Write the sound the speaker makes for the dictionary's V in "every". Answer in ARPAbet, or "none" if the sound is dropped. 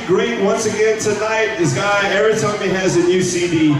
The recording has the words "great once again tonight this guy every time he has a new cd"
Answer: none